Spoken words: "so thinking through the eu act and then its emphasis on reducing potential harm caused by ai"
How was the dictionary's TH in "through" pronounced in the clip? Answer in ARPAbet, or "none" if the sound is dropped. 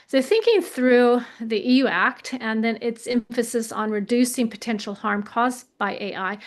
TH